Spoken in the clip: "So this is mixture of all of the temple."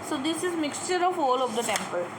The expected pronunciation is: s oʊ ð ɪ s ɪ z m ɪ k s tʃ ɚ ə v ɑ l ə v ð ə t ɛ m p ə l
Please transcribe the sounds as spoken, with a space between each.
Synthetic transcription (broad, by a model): s oʊ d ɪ s ɪ z m ɪ k s tʃ ɚ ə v ɑ l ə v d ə t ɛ m p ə l